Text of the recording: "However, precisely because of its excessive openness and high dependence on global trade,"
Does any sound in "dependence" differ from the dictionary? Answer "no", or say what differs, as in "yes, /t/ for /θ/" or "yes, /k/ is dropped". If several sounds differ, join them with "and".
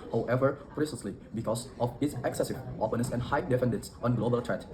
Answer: yes, /f/ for /p/